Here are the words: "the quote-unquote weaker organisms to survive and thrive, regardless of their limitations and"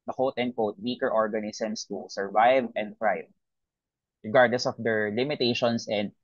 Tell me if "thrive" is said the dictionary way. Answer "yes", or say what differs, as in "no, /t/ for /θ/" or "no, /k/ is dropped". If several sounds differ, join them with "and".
no, /f/ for /θ/